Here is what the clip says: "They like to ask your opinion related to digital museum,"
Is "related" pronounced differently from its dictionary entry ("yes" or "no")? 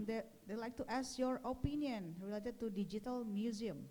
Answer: no